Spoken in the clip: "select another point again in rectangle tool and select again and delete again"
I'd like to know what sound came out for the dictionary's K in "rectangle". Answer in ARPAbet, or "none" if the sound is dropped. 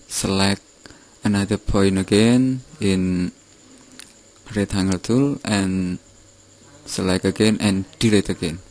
none